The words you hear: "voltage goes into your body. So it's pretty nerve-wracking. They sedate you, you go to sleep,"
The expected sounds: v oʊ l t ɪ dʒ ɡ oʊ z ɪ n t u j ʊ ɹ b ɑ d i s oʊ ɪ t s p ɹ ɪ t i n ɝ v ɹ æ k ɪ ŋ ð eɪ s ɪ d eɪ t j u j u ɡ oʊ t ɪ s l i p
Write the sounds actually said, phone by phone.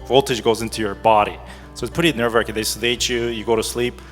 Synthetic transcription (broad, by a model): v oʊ l t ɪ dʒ ɡ oʊ z ɪ n t u j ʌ ɹ b ɑ d i s oʊ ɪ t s p ʊ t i n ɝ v ɹ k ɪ ð eɪ s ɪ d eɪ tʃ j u j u ɡ oʊ t ɪ s l i p